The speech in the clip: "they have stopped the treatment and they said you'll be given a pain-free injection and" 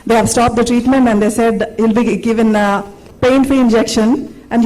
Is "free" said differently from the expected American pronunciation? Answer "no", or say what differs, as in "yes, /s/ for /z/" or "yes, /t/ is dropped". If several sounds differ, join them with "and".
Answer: yes, /ɹ/ is dropped